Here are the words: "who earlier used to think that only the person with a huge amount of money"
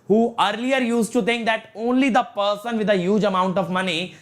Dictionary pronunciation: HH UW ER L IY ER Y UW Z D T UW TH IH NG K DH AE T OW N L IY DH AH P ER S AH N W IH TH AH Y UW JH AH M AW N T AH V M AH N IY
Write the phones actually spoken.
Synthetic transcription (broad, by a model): HH UW ER L IY ER Y UW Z T UW T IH NG K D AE T OW N L IY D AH P ER S AH N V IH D AH Y UW JH AH M AW N T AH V M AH N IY